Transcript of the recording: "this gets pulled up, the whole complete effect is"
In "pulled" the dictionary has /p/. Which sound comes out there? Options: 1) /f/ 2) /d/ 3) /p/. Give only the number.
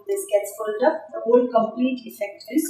1